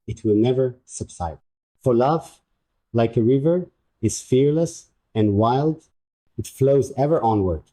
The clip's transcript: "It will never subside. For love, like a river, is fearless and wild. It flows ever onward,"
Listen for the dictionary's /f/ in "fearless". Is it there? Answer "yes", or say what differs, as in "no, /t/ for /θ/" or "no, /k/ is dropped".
yes